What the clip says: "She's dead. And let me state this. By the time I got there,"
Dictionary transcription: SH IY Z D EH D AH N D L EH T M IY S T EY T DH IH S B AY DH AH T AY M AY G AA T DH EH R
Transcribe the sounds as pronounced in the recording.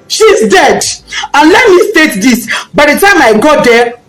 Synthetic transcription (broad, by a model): SH IY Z D EH D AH N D L EH T M IY S T EY T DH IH S B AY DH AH T AY M AY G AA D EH